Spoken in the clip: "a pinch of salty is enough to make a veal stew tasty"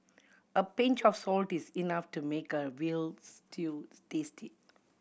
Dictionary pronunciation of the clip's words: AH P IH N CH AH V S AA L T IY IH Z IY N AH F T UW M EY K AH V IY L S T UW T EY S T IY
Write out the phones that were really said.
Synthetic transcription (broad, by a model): AH P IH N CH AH F S AA L T IY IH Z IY N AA F T UW M EY K AH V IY L S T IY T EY S T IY